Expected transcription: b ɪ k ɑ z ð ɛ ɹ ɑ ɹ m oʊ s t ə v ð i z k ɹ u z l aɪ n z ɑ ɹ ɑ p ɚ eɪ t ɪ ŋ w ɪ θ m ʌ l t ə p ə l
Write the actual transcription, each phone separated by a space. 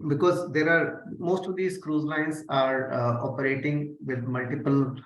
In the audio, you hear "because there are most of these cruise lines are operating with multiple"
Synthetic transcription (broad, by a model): b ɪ k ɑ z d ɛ ɹ ɑ ɹ m oʊ s t ə v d i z k ɹ u z l aɪ n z ɑ ɹ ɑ p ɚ eɪ t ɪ ŋ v ɪ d m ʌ l t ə p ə l